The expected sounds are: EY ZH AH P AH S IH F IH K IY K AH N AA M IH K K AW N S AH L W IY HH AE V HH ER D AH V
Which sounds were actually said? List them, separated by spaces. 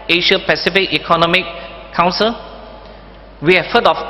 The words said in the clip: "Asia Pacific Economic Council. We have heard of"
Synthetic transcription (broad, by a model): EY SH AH P AH S IH F IH K IY K AH N AA M IH K K AW N S AH L W IY HH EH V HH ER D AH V